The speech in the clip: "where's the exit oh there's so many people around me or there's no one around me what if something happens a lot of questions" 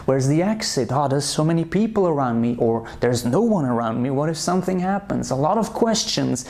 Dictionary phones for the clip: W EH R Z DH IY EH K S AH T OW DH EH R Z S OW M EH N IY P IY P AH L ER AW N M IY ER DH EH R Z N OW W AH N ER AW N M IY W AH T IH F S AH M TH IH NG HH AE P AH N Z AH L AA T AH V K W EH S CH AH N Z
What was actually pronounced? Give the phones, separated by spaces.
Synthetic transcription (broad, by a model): W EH R Z DH IY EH K S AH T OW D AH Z S OW M EH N IY P IY P L ER AW N M IY ER DH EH R Z N OW W AH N ER AW N M IY W AH T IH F S AH M TH IH NG HH AE P AH N Z AH L AA T AH V K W EH S CH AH N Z